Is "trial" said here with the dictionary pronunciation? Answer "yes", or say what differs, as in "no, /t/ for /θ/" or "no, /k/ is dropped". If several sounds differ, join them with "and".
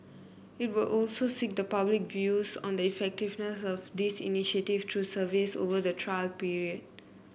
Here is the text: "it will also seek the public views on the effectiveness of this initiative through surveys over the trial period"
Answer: yes